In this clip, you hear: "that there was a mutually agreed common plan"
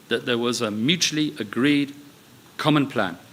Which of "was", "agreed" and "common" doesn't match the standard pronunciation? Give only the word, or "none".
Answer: none